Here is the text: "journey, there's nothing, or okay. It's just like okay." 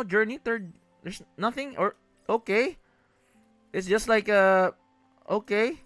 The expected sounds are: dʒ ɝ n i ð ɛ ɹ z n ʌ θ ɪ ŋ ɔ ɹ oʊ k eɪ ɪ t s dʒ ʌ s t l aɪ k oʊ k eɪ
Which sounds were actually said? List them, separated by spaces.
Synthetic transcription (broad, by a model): dʒ ɝ n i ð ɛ ɹ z n ʌ θ ɪ ŋ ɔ ɹ oʊ k eɪ ɪ t s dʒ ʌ s t l aɪ k oʊ k eɪ